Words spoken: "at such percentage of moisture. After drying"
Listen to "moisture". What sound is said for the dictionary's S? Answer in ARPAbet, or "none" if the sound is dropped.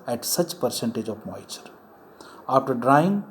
none